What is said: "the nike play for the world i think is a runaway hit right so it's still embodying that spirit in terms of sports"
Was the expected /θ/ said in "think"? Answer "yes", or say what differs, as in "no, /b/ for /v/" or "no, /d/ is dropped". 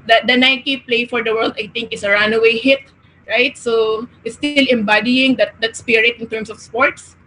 no, /t/ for /θ/